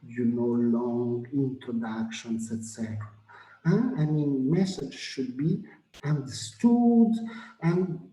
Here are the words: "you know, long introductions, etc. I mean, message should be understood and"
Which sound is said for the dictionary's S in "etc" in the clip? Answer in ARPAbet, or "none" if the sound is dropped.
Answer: S